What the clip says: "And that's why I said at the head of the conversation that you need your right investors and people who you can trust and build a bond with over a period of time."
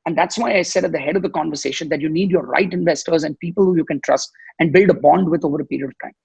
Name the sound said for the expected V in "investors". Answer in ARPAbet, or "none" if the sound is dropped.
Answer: V